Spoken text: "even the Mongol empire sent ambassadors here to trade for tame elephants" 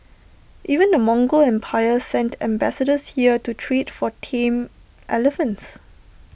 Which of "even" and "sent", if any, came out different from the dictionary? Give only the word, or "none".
none